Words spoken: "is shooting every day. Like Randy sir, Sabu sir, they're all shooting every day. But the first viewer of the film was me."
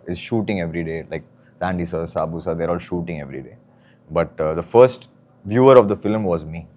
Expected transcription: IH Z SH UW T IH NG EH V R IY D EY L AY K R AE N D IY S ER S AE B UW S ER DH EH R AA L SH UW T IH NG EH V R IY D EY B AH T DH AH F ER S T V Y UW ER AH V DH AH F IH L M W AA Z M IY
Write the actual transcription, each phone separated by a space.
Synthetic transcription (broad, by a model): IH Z SH UW T IH NG EH V R IY D EY L AY K R AE N D IY S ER S AE B UW S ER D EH R AA L SH UW T IH NG EH V R IY D EY B AH T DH AH F ER S T V Y UW ER AH V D AH F IH L M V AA Z M IY